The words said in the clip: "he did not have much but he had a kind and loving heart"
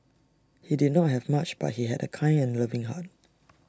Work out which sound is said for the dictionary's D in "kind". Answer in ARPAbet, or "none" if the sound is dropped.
none